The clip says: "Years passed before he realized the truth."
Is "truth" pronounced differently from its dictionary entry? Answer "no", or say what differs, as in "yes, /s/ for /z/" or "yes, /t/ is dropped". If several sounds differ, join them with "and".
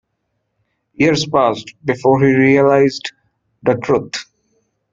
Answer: yes, /t/ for /θ/